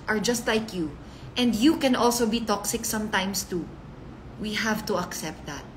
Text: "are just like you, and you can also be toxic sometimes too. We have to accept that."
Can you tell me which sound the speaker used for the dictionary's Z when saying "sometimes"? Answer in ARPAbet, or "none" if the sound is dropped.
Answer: S